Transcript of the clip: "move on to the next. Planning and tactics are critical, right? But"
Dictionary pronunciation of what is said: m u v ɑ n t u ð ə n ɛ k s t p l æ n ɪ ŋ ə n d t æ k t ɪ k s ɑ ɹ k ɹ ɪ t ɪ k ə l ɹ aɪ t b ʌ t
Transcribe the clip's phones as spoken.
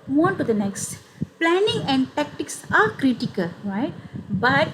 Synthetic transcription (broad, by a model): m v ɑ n t u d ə n ɛ k s t p l æ n ɪ ŋ ə n d t æ k t ɪ k s ɑ ɹ k ɹ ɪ t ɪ k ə l ɹ aɪ t b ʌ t